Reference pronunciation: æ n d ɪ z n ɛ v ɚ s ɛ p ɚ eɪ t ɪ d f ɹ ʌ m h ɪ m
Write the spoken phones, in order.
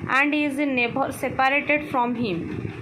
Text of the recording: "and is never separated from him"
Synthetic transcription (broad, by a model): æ n d ɪ z n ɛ b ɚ s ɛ p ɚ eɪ t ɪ d f ɹ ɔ m h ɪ m